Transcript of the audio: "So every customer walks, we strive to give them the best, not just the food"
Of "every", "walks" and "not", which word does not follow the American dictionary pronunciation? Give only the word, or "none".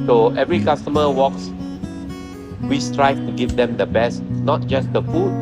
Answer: none